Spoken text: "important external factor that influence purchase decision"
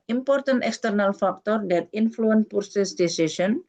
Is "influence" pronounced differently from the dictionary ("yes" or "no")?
yes